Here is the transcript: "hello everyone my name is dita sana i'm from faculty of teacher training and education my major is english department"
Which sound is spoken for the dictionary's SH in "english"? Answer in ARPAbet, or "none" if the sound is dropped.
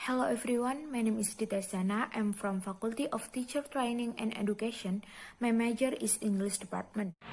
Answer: S